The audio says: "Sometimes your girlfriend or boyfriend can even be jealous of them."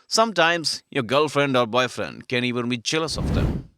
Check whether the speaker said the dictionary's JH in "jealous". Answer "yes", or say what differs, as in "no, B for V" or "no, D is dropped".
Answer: no, CH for JH